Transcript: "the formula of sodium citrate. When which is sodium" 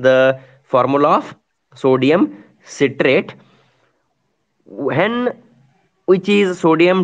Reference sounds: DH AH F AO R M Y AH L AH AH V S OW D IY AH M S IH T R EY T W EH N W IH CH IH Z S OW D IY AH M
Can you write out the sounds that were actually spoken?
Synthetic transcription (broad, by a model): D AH F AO R M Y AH L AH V S OW D IY AH M S IH T R EY T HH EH N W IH CH IH Z S OW D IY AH M